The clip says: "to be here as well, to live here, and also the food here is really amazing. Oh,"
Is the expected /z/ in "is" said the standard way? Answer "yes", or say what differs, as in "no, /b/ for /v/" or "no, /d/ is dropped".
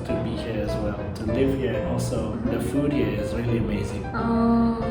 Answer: yes